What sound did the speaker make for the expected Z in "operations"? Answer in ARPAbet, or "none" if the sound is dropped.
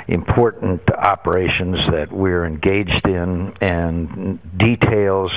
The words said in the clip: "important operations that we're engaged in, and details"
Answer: Z